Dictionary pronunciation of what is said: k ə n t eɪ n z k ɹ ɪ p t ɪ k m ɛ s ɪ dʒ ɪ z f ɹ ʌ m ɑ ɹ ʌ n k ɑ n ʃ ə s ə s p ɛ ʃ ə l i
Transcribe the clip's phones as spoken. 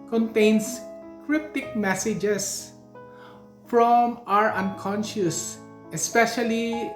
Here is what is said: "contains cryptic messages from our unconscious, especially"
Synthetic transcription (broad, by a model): k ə n t eɪ n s k ɹ ɪ p t ɪ k m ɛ s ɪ dʒ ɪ s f ɹ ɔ m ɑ ɹ ʌ n k ɑ n ʃ ə s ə s p ɛ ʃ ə l i